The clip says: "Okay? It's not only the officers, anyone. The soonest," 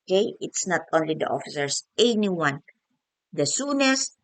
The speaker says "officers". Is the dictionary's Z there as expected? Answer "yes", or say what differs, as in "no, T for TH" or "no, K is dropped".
no, S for Z